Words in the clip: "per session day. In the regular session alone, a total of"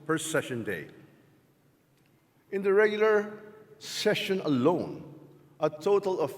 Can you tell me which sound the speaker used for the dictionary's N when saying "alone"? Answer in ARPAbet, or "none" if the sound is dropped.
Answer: N